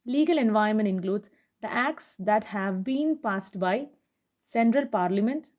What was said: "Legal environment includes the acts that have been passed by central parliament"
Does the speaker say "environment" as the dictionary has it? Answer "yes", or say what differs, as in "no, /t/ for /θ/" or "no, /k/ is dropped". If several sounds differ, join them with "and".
no, /ɹ/ is dropped